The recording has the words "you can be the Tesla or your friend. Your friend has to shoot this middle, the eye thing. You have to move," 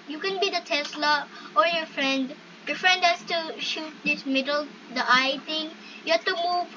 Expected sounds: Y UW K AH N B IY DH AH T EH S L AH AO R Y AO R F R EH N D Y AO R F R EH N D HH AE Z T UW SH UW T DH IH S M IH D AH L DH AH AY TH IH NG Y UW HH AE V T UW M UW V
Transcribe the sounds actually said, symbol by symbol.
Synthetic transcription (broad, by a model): Y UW K AH N B IY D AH T EH S L AH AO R Y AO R F R EH N D Y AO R F R EH N D HH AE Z T UW SH UW T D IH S M IH D AH L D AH AY T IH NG Y UW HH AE T UW M UW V